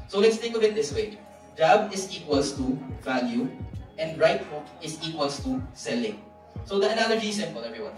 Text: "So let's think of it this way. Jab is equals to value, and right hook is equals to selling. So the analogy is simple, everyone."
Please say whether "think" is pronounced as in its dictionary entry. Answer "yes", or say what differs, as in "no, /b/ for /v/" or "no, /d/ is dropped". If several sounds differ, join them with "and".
no, /t/ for /θ/ and /ŋ/ is dropped